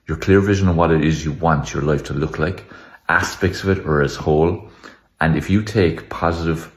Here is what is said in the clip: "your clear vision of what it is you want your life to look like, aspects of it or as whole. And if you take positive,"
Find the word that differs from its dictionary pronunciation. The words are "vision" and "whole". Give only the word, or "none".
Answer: none